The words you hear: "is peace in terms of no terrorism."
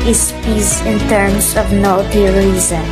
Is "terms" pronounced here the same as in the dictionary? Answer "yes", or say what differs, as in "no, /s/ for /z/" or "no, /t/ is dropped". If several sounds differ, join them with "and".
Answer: no, /s/ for /z/